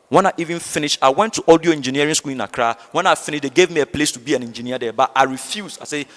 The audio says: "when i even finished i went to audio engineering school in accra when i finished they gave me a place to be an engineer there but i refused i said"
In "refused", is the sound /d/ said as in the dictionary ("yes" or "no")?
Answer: no